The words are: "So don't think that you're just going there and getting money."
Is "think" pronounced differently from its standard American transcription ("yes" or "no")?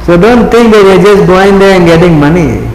yes